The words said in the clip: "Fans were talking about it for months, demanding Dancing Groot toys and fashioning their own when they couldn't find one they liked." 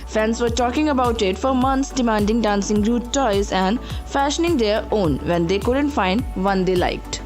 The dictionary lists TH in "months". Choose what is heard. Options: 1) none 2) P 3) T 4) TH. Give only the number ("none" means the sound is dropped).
3